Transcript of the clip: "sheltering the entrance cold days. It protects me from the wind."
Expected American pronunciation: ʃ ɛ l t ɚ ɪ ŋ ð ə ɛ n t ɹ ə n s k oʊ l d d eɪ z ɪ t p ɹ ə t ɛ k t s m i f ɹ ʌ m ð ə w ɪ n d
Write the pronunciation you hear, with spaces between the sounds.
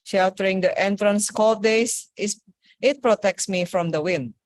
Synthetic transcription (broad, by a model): ʃ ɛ l t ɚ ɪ ŋ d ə ɛ n t ɹ ə n s k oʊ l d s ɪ s ɪ t p ɹ ə t ɛ k t s m i f ɹ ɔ m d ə w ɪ n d